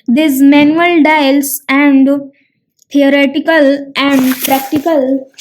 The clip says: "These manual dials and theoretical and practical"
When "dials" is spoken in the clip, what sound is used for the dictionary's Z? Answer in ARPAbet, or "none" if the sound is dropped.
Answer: S